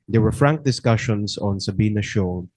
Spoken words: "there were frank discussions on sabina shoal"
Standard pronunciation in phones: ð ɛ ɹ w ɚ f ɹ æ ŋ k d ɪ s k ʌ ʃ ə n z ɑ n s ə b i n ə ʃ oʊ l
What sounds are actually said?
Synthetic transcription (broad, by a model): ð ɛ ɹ w ɚ f ɹ æ ŋ k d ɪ s k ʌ ʃ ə n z ɑ n s ə b i n ə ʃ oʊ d